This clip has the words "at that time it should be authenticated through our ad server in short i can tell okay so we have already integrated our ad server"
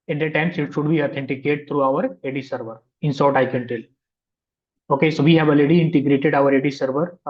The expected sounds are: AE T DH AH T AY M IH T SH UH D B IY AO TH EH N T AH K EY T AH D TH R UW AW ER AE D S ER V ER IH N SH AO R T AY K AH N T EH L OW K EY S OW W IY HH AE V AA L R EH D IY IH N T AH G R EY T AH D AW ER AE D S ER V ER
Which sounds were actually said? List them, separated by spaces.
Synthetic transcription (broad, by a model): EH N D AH T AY M IH T SH UH D B IY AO T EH N T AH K EY T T R UW AW ER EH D S ER V ER IH N S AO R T AY K AH N T EH L OW K EY S OW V IY HH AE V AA L EH D IY IH N T AH G R EY T AH D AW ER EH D S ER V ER